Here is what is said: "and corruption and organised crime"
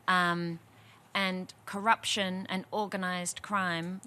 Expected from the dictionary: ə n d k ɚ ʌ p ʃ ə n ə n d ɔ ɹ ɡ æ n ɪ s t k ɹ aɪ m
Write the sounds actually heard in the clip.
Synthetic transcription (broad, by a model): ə n k ɚ ʌ p ʃ ə n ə n ɔ ɹ ɡ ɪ n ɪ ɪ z k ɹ aɪ m